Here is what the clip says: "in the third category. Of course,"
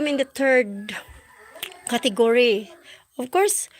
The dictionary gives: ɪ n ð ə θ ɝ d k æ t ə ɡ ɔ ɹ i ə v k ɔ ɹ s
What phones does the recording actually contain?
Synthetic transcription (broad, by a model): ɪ n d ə t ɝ d k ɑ t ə ɡ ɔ ɹ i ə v k ɔ ɹ s